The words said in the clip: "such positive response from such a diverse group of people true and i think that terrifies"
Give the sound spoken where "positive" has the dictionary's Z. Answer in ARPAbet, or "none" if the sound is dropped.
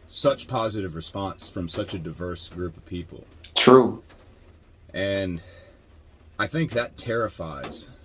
Z